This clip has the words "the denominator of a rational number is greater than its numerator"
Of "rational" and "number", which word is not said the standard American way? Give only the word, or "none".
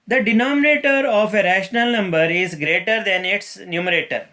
none